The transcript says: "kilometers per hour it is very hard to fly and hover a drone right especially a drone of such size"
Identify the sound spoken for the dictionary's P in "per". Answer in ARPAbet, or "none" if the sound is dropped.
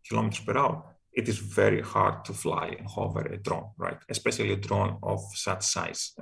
P